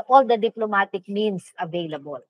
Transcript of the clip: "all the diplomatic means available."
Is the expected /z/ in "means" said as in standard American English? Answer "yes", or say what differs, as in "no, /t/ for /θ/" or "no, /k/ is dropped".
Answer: no, /s/ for /z/